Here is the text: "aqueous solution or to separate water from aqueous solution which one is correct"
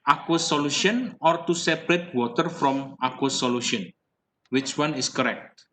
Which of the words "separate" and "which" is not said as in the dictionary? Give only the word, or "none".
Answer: none